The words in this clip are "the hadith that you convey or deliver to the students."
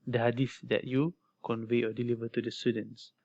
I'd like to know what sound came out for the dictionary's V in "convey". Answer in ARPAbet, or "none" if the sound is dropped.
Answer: V